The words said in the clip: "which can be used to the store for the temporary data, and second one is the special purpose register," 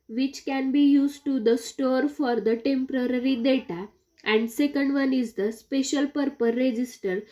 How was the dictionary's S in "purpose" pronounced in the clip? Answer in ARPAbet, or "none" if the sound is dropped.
none